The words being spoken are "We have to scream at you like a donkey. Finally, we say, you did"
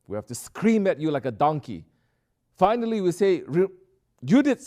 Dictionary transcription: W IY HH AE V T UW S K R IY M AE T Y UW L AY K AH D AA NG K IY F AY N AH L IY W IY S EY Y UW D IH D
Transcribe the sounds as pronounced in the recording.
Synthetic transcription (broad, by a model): W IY HH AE F T UW S K R IY M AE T Y UW L AY K AH D AA NG K IY F AY N AH L IY W IY S EY Y UW D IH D